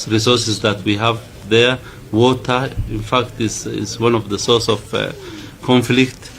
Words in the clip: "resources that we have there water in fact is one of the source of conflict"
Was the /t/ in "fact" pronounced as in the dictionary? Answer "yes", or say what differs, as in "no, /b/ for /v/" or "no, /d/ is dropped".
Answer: yes